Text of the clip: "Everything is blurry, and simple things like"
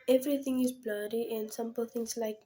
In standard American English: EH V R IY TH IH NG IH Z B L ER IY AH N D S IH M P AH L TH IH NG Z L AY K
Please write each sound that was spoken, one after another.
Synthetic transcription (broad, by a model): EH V R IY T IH NG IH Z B L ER IY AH N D S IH M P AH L T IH NG S L AY K